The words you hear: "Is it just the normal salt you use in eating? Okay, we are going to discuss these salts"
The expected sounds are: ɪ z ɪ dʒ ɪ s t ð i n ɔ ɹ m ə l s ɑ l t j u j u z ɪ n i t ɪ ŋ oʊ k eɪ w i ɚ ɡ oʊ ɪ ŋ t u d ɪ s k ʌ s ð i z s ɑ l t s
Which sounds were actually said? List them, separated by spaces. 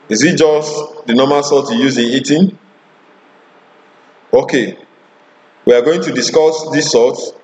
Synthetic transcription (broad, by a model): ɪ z ɪ dʒ ɪ s t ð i n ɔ m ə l s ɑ t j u j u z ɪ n i t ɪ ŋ oʊ k eɪ w i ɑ ɡ oʊ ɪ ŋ t u d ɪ s k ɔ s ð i s ɑ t